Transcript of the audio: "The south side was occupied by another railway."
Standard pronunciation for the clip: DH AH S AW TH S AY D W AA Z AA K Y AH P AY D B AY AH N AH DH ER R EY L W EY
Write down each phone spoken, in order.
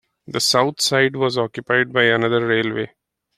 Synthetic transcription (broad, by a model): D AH S AW T S AY D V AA Z AA K Y AH P AY D B AY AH N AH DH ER R EY L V EY